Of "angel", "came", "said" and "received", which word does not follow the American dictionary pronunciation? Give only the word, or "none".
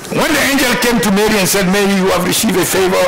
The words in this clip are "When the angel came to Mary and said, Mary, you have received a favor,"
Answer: none